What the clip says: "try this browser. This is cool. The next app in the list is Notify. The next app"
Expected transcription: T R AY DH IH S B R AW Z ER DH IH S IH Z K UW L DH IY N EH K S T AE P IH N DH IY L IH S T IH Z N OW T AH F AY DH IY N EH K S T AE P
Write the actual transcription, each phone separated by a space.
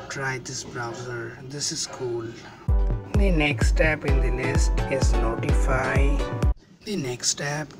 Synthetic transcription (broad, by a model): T R AY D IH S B R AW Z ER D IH S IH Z K UW L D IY N EH K S T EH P IH N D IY N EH S T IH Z N OW T AH F AY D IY N EH K S T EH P